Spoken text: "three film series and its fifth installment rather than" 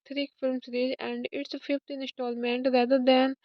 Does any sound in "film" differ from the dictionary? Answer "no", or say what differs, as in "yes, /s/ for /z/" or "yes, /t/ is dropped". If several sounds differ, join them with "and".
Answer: no